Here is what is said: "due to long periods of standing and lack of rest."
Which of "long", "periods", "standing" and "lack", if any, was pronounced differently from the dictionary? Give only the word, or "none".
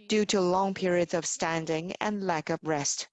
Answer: none